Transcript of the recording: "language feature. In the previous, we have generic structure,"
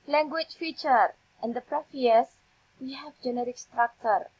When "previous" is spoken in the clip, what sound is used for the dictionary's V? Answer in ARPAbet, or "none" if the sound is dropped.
F